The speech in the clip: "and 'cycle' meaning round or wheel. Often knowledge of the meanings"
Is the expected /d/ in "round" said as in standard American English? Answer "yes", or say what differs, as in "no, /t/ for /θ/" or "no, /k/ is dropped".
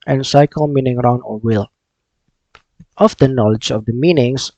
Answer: no, /d/ is dropped